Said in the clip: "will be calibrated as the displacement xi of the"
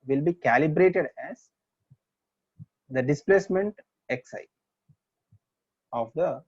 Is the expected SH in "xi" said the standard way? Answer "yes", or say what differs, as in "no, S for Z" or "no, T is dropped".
no, S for SH